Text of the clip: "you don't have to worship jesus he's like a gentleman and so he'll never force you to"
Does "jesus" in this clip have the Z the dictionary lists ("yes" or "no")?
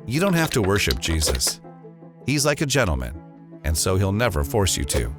yes